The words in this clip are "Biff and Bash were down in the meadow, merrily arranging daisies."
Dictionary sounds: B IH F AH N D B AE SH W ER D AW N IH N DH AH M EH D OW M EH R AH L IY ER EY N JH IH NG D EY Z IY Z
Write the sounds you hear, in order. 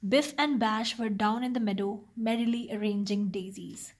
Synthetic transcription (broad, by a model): B IH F AH N D B AE SH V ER D AW N IH N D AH M EH D OW M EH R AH L IY ER EY N JH IH NG D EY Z IY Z